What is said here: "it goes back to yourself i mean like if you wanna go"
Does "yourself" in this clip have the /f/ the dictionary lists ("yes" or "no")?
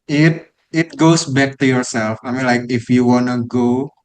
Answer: yes